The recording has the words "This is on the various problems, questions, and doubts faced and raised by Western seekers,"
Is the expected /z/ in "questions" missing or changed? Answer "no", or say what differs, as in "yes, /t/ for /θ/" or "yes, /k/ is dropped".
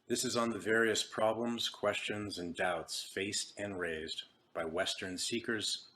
no